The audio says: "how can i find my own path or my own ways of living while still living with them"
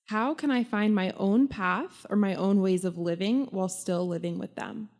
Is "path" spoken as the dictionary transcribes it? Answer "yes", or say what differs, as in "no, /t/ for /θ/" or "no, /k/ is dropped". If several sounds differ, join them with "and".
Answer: yes